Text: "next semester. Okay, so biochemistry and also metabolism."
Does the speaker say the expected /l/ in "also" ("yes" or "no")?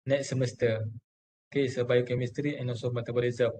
no